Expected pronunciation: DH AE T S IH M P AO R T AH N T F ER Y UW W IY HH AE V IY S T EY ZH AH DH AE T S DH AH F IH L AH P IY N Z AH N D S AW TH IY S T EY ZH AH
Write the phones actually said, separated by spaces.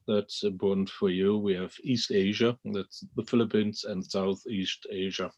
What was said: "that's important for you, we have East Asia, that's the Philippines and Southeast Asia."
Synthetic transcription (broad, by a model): DH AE T S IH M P AO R T N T F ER Y UW W IY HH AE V IY S T EY ZH AH DH AE T S DH AH F IH L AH P IY N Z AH N S AW TH IY S T EY ZH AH